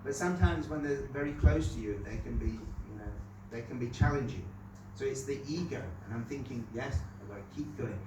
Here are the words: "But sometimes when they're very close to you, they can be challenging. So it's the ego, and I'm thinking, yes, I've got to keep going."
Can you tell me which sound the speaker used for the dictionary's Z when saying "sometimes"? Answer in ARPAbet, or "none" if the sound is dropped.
Z